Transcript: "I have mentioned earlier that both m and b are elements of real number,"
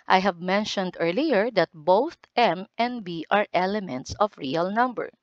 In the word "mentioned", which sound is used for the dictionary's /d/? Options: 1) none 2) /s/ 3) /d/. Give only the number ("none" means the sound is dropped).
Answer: 3